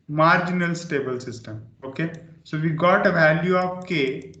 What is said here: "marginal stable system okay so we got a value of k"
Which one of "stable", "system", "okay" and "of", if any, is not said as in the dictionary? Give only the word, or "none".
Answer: of